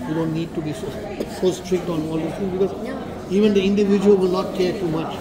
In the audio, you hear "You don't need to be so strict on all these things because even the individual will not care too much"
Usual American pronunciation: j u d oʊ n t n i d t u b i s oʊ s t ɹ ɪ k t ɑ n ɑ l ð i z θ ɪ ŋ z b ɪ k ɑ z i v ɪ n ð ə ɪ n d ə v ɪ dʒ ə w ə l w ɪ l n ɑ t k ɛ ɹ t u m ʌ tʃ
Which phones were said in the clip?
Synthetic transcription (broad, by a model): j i d oʊ n t n i d t u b i s oʊ s t ɹ ɪ k t ɑ n ɑ l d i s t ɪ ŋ b ɪ k ɑ z i v ɪ n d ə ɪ n d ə v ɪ dʒ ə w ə l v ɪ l n ɑ t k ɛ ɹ t u m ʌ tʃ